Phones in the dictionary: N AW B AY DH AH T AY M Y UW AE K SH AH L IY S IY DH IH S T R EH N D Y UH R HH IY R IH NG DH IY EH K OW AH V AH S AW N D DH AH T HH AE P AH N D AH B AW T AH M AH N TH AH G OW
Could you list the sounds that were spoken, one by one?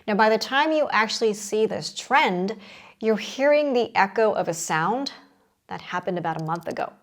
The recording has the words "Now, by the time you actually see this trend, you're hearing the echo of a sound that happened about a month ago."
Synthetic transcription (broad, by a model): N AW B AY DH AH T AY M Y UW AE K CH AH L IY S IY DH IH S T R EH N D Y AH R HH IY R IH NG DH IY EH K OW AH V AH S AW N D DH AH T HH AE P AH N D AH B AW T AH M AH N TH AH G OW